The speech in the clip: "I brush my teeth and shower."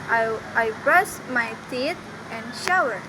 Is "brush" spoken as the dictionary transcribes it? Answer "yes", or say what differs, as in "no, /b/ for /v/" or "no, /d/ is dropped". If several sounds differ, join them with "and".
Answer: no, /s/ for /ʃ/